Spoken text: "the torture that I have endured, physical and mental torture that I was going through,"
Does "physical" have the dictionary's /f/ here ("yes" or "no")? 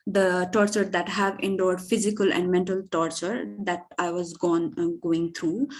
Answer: yes